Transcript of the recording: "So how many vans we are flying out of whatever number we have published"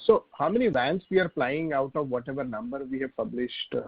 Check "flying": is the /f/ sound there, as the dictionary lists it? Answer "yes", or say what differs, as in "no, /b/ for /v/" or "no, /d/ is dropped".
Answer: no, /p/ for /f/